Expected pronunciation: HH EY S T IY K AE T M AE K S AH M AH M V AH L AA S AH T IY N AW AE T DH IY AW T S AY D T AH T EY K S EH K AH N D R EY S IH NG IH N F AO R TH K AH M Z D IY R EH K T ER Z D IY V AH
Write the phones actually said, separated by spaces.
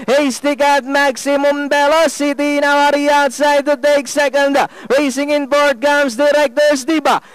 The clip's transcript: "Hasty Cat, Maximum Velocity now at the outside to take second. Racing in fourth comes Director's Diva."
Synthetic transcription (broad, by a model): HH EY S T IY K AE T M AE K S AH M AH M B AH L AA S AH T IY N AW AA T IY AW T S AY D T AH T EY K S EH K AH N D R EY S IH NG IH N P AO R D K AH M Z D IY R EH K T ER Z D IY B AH